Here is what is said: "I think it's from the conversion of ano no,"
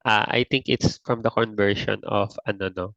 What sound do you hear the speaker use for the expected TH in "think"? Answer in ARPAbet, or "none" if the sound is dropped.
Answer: T